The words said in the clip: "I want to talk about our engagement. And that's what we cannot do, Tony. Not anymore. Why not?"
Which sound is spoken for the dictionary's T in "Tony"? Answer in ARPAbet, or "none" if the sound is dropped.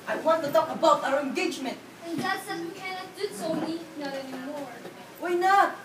S